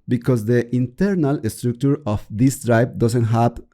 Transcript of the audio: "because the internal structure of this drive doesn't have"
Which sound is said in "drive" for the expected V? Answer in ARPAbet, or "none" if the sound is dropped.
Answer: B